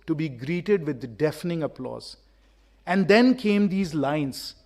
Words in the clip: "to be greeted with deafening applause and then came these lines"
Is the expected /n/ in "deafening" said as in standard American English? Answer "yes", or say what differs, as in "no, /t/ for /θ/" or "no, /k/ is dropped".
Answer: yes